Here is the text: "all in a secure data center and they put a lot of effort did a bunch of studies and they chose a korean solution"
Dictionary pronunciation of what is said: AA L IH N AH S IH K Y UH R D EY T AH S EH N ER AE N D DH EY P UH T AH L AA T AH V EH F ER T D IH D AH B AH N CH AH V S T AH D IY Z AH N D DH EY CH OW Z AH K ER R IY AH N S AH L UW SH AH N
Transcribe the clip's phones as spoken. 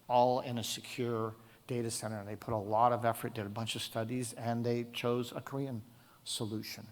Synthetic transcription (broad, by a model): AA L IH N AH S IH K Y UH R D EY T AH S EH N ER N DH EY P UH T AH L AA T AH V EH F ER T D IH D AH B AH N CH AH V S T AH D IY Z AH N DH EY CH OW Z AH K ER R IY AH N S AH L UW SH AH N